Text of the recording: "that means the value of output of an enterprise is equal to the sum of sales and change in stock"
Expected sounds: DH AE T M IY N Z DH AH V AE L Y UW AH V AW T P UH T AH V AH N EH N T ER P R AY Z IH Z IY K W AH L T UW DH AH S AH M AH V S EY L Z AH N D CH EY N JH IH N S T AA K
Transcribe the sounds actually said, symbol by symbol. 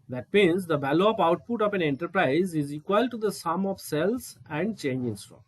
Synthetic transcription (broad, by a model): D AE T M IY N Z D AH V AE L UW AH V AW T P UH T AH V AH N EH N T ER P R AY Z IH Z IY K W AH L T UW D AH S AH M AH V S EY L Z AH N D CH EY N JH IH N S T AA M